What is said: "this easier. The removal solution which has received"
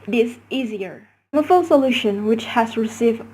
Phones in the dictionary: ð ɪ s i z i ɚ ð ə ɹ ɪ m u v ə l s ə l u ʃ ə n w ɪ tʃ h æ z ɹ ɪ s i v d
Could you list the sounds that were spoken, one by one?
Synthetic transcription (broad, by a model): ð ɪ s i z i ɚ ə ɹ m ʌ f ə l s ə l u ʃ ə n w ɪ tʃ h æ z ɹ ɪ s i v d